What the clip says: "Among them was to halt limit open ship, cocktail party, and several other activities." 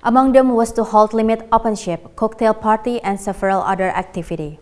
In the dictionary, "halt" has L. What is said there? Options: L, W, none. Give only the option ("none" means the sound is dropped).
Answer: L